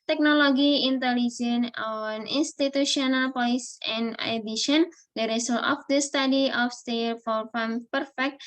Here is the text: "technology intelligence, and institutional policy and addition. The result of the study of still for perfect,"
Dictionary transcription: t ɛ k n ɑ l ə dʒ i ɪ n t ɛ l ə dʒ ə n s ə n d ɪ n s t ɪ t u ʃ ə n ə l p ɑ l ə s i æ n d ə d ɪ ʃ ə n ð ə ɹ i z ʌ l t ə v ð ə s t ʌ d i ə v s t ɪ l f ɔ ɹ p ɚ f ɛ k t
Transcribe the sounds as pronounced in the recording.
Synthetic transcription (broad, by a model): t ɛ k n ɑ l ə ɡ i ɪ n t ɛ l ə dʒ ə n ə n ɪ n s t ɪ t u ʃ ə n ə l p ɑ l ə s i n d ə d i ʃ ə n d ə ɹ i s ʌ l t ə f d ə s t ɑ d i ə f s t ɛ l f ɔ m p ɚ f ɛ k t